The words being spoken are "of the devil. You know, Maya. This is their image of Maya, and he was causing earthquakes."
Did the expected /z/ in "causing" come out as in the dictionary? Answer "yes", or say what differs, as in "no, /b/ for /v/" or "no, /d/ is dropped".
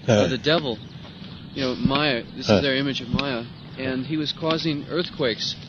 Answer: yes